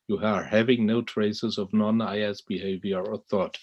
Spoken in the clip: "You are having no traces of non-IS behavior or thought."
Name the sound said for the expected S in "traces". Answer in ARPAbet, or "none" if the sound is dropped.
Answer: S